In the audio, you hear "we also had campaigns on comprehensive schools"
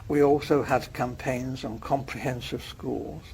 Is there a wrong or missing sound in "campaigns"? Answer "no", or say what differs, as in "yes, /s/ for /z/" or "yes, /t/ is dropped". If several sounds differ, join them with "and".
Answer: no